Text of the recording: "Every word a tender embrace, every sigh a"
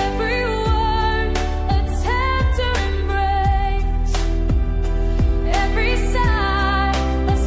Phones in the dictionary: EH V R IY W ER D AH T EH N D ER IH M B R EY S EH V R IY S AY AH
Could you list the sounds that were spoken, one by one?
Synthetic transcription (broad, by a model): EH V R IY W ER AH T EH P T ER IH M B R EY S EH V R IY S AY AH